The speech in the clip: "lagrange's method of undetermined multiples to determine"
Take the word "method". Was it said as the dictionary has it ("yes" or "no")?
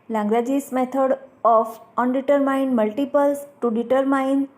no